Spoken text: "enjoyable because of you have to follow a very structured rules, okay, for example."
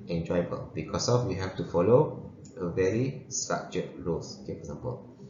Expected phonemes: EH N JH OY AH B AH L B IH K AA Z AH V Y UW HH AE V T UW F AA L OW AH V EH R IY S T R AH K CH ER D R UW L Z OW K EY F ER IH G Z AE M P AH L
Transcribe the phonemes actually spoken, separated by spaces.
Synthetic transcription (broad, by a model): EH N JH OY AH B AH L B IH K AA S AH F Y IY HH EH F T UW F AA L OW AH V EH R IY S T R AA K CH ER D R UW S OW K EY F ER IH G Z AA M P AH L